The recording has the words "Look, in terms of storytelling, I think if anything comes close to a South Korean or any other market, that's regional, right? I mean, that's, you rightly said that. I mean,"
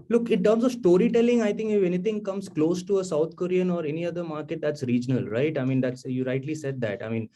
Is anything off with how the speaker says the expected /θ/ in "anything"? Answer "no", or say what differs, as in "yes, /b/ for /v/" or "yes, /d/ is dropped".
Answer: yes, /t/ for /θ/